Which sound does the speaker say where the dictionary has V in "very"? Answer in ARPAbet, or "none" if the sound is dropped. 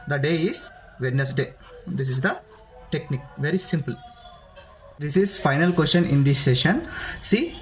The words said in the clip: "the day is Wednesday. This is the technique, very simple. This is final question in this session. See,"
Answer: V